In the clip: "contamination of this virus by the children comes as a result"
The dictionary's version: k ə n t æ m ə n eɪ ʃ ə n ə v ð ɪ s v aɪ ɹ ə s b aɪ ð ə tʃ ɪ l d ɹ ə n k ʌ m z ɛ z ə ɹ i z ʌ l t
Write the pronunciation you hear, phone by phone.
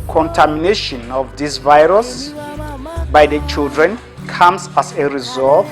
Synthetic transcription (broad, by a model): k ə n t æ m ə n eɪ ʃ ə n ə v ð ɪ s v aɪ ɹ ə s b aɪ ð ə tʃ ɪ l d ɹ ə n k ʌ m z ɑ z ə ɹ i z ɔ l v